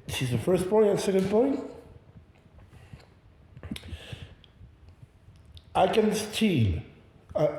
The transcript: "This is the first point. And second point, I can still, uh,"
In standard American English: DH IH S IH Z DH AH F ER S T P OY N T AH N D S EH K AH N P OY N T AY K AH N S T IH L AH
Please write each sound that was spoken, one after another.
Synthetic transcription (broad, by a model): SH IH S IH Z DH AH F ER S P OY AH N S EH K AH N P OY N T AY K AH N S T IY N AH